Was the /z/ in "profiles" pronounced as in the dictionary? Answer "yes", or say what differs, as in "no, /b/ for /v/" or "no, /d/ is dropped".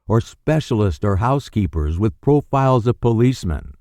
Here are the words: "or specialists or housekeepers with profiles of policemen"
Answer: yes